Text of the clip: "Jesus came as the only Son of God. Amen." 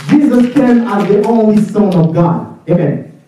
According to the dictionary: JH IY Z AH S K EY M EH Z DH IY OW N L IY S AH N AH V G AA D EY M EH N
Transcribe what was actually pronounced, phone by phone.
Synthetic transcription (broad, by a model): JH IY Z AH S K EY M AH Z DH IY OW N L IY S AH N AH V G AA D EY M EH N